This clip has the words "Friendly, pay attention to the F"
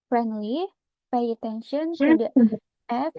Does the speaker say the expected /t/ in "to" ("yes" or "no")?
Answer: no